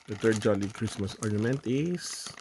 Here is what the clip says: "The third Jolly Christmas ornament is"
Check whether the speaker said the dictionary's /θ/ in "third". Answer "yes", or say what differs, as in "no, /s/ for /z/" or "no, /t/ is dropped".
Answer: no, /t/ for /θ/